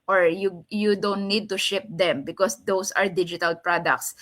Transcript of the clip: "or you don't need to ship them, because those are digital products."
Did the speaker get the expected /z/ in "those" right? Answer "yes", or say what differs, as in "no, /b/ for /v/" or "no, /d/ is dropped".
no, /s/ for /z/